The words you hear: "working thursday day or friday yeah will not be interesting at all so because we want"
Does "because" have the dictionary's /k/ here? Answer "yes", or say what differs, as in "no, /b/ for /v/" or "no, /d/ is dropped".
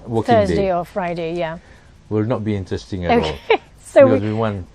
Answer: no, /k/ is dropped